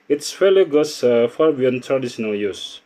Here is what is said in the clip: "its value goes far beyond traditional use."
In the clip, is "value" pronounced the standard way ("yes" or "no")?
no